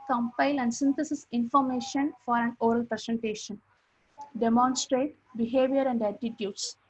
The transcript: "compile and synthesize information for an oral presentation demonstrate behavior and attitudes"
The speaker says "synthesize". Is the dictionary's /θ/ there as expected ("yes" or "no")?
no